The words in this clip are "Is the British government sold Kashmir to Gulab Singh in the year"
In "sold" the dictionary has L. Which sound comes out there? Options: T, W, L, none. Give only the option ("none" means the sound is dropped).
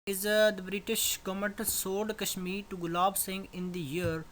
none